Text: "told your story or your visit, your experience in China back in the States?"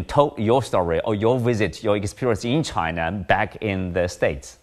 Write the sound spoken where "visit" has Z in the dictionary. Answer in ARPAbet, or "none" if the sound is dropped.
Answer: Z